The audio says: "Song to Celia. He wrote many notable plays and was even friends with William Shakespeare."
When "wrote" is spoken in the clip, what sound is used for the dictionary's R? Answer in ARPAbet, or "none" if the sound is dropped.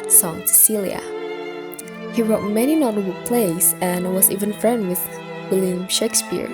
R